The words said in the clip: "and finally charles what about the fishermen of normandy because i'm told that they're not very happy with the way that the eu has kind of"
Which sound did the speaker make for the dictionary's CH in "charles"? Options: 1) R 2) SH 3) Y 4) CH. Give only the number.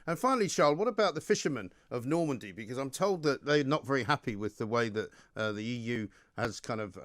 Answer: 2